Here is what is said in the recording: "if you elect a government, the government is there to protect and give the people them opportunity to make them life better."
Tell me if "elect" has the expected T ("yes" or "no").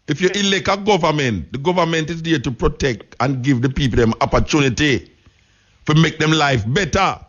no